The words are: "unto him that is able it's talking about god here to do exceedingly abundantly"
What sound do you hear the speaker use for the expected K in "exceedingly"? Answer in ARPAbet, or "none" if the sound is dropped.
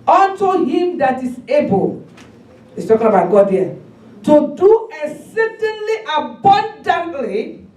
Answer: none